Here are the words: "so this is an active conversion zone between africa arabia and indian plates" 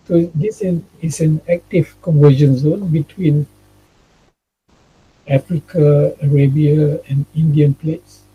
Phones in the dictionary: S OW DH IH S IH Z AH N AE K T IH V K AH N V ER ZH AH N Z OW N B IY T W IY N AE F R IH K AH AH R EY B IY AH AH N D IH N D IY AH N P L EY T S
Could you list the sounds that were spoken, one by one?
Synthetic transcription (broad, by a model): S OW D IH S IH S AH N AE K T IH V K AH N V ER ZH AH N Z OW N B IY T W IY N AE F R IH K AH AH R EY B IY AH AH N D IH N D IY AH N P L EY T S